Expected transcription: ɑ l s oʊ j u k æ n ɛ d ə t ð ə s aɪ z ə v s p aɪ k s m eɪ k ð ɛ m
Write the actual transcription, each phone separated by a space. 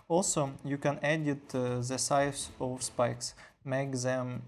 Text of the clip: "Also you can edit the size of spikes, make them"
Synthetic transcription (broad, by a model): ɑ l s oʊ j u k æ n ɛ d ə t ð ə s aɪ s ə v s p aɪ k s m eɪ k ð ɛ m